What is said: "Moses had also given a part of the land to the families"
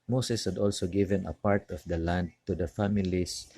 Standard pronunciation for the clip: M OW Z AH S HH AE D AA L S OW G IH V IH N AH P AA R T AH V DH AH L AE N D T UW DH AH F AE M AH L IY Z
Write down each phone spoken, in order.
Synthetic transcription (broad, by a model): M OW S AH S HH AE D AA L S OW G IH V IH N AH P AA R T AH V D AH L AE N D T UW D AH F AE M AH L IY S